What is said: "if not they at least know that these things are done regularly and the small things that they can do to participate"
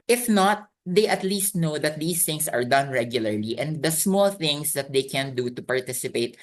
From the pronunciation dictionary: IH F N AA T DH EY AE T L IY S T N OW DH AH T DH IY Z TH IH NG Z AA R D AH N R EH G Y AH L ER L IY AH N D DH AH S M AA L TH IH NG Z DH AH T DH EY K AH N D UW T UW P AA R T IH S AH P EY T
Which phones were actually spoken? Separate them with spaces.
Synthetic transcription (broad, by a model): IH F N AA T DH EY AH T L IY S T N OW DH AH T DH IY S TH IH NG S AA R D AH N R EH G Y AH L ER L IY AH N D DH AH S M AA L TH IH NG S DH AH T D EY K AH N D UW T UW P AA R T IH S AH P EY T